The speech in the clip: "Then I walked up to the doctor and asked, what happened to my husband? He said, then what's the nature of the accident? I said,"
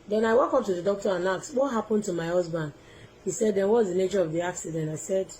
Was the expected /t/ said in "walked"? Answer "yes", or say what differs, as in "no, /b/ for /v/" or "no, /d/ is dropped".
no, /t/ is dropped